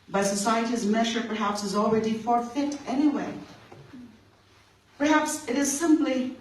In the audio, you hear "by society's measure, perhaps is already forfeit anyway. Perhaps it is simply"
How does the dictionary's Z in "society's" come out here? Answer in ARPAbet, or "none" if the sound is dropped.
Z